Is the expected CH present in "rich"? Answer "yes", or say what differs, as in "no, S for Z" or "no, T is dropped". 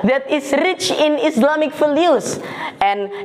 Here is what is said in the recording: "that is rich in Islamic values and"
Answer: yes